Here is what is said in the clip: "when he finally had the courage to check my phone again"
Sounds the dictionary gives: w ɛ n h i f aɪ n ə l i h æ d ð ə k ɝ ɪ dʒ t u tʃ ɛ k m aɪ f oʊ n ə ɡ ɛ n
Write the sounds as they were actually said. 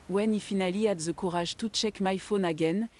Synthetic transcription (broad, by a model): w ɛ n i f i n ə l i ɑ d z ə k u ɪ ʒ t u tʃ ɛ k m aɪ f oʊ n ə ɡ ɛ n